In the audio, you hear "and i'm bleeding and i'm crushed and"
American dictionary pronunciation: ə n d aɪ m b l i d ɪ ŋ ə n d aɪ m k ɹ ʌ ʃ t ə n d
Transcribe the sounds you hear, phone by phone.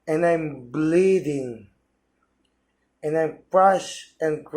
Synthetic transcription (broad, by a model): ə n aɪ m b l i d ɪ ŋ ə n aɪ m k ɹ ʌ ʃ ə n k